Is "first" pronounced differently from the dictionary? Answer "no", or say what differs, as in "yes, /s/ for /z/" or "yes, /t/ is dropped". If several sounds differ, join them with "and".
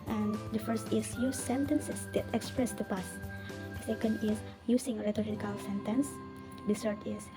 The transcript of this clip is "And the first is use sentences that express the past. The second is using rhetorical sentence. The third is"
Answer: no